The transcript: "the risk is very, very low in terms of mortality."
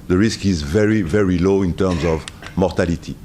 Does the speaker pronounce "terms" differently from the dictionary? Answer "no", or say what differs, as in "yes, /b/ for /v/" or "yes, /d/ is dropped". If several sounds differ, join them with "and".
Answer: no